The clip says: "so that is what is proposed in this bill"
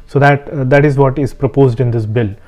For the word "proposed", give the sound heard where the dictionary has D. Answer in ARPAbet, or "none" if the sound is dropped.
D